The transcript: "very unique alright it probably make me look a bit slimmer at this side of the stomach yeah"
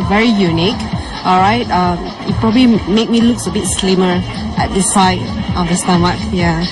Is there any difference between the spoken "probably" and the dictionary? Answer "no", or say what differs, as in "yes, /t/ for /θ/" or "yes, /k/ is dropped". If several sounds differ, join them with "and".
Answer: no